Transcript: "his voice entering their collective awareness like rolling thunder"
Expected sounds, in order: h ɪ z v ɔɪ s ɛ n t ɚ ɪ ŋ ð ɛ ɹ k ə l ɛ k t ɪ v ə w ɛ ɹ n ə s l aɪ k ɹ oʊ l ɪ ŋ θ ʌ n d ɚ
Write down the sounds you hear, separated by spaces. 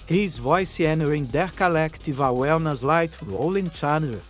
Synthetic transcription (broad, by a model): h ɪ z v ɔɪ s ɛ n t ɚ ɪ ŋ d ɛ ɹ k ə l ɛ k t ɪ v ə w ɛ l n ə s l aɪ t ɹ oʊ l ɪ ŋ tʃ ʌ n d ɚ